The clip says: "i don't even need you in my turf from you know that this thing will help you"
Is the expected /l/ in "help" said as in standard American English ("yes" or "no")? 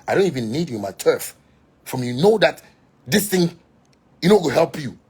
yes